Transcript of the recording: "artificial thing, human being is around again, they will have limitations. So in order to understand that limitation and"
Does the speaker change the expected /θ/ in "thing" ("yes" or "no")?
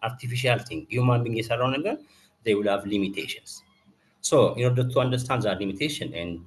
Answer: yes